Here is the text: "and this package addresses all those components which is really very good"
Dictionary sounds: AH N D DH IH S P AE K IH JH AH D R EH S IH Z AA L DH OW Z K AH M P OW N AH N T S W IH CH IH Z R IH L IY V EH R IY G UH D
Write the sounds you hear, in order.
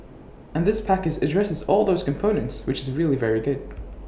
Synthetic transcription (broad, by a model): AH N DH IH S P AE K IH JH AH D R EH S IH Z AA L DH OW Z K AH M P OW N AH N T S W IH CH IH Z R IH L IY V EH R IY G UH D